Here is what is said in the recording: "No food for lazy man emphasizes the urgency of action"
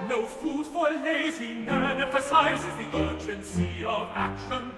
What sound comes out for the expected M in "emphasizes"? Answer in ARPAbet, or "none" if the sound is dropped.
none